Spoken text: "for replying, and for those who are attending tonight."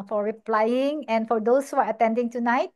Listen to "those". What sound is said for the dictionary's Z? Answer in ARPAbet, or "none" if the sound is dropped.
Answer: S